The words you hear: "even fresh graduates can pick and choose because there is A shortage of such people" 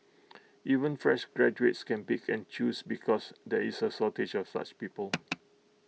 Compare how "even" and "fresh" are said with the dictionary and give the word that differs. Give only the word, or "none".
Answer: none